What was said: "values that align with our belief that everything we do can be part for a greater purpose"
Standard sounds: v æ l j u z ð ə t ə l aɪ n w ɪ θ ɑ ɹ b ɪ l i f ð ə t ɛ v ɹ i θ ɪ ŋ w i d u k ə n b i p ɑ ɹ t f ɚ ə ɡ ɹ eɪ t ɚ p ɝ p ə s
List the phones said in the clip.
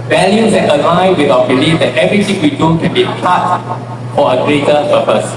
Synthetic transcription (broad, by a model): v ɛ l j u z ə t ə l aɪ w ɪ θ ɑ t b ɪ l i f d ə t ɛ v ɹ i t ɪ ŋ w i d u k ə n b i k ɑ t f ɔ ə ɡ ɹ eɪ t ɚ p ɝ p ə s